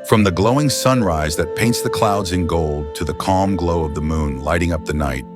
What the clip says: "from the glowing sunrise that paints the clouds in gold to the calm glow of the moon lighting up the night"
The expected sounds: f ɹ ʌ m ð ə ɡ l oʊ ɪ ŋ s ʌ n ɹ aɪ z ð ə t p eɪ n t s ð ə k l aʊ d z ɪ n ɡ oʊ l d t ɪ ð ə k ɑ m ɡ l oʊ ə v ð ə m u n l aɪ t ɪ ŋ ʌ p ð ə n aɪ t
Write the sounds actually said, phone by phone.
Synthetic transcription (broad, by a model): f ɹ ʌ m ð ə ɡ l oʊ ɪ ŋ s ʌ n ɹ aɪ z ð ə t p eɪ n t s ð ə k l aʊ d z ɪ n ɡ oʊ l d t ɪ ð ə k ɑ m ɡ l oʊ ə v ð ə m u n l aɪ t ɪ ŋ ʌ p ð ə n aɪ t